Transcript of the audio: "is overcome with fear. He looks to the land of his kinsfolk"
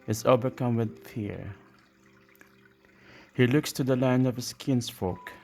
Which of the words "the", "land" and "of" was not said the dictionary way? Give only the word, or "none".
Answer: none